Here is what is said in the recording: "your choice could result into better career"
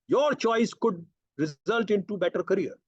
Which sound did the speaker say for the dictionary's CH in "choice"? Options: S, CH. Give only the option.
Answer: CH